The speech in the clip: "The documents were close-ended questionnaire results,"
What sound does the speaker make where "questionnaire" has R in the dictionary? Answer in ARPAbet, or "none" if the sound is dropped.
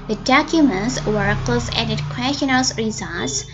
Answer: L